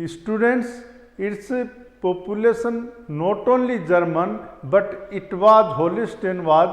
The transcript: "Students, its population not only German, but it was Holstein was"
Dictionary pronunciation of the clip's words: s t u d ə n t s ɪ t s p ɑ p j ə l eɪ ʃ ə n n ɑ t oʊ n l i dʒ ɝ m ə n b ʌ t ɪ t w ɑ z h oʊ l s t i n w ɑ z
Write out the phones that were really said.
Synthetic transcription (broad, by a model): s t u d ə n t s ɪ t s p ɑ p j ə l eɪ s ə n n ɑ t oʊ n l i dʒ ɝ m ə n b ʌ t ɪ t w ɑ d h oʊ l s t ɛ n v ɑ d